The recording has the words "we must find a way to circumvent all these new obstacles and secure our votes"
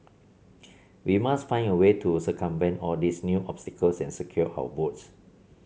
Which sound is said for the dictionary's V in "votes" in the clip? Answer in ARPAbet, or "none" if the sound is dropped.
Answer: B